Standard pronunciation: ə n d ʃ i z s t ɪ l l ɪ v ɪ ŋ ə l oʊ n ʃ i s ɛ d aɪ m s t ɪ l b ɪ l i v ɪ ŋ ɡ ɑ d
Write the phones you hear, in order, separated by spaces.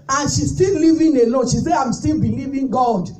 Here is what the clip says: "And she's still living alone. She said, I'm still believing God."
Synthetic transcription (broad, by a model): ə n ʃ i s t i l l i v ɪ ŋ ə l oʊ ʃ i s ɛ aɪ m s t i l b ɪ l i v ɪ ŋ ɡ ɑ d